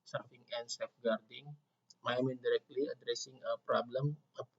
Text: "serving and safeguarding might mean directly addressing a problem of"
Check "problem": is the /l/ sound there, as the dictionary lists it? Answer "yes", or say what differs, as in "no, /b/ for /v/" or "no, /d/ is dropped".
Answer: yes